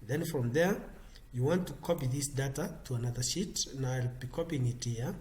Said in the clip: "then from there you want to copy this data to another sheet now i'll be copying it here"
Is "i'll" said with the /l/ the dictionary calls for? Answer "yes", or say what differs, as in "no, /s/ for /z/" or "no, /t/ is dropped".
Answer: yes